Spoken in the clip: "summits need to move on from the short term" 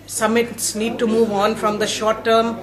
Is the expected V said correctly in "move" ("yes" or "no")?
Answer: yes